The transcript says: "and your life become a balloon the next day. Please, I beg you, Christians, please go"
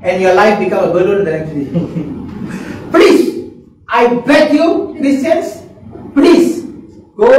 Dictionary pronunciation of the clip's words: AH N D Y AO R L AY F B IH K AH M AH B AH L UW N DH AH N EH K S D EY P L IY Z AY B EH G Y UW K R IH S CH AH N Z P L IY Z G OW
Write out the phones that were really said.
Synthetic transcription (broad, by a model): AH N Y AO L AY F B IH K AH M AH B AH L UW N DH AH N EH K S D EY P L IY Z AY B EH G Y UW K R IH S AH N S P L IY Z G OW